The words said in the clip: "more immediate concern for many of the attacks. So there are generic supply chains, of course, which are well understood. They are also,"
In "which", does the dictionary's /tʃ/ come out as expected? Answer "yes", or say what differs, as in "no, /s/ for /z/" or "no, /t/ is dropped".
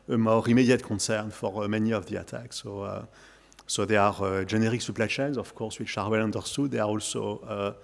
no, /ʃ/ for /tʃ/